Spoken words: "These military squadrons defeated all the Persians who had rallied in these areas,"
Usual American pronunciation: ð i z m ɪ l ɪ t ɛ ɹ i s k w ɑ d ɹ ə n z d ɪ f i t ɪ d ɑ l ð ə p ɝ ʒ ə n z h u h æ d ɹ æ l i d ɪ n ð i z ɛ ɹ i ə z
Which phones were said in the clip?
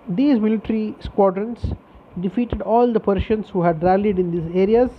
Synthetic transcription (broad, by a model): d i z m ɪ l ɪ t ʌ ɹ i s k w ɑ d ɹ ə n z d ɪ f i t ɪ d ɑ l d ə p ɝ ʃ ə n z h u h æ d ɹ æ l i d ɪ n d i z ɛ ɹ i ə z